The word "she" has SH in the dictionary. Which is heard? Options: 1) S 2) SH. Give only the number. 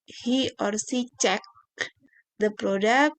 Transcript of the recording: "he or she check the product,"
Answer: 1